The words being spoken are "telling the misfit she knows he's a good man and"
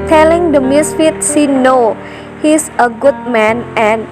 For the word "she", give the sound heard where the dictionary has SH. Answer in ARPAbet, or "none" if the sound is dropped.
S